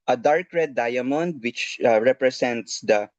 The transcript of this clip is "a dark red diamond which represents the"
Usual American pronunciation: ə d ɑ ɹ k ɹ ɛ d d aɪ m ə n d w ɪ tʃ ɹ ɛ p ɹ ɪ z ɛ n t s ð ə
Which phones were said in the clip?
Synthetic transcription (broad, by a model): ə d ɑ ɹ k ɹ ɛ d d aɪ m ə n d w ɪ tʃ ɹ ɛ p ɹ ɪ s ɛ n t s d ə